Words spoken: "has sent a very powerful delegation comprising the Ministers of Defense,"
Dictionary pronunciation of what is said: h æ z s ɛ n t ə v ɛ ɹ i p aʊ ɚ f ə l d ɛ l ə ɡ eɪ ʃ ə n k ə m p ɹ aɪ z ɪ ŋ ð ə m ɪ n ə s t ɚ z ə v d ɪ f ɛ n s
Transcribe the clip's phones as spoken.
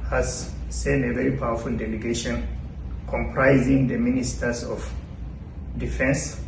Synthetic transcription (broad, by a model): h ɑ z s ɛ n ə v ɛ ɹ i p aʊ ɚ f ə l d ɛ l ə ɡ eɪ ʃ ə n k ə m p ɹ aɪ z ɪ ŋ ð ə m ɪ n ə s t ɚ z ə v d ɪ f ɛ n s